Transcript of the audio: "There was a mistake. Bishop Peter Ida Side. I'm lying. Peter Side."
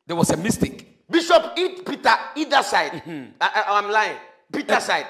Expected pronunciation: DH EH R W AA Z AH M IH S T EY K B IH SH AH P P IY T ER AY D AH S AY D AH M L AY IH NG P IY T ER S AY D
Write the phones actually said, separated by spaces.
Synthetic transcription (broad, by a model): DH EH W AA S AH M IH S T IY K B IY SH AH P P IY T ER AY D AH S AY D AH M L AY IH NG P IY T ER S AY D